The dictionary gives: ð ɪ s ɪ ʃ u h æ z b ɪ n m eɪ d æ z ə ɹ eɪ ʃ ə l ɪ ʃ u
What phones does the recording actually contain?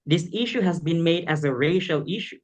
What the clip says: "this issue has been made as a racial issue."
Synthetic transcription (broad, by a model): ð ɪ s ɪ ʃ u h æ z b ɪ n m eɪ d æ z ə ɹ eɪ ʃ ə l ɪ ʃ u